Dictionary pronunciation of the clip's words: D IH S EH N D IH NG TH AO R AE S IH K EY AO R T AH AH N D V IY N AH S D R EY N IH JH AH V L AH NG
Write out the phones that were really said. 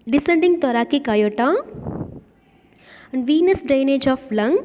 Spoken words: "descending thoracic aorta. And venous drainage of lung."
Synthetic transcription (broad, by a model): D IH S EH N D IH NG T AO R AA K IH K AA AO T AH AH N D V IY N AH S D R EY N IH JH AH F L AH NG